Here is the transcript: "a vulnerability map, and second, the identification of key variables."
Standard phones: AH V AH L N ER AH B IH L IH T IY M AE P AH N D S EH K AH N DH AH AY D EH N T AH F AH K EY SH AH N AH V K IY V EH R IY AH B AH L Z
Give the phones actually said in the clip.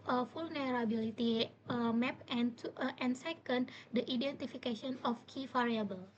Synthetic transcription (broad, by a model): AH F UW L N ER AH B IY L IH T IY M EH P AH N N S EH K AH N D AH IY D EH N T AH F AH K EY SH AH N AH F K IY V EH R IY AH B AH L